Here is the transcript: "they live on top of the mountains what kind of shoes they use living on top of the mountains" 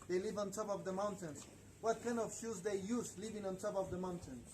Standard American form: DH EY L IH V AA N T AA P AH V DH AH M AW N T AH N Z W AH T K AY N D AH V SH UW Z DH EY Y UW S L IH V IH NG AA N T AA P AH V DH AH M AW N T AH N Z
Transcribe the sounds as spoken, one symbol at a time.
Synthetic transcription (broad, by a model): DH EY L IH V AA N T AA P AH V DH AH M AW N T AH N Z W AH T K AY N AH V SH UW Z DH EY Y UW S L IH V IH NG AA N T AA P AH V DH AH M AW N T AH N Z